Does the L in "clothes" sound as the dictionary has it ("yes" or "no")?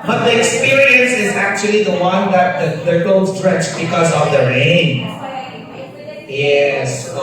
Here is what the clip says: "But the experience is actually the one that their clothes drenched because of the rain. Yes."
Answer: no